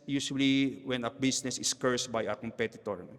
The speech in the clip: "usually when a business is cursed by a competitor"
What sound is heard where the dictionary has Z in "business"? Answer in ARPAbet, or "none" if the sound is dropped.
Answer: S